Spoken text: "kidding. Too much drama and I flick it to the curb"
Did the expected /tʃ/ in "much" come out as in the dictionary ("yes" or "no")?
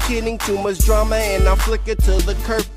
no